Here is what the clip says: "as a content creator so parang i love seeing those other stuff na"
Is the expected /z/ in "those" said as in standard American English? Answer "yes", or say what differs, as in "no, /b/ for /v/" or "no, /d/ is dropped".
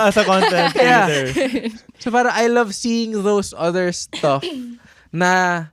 no, /s/ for /z/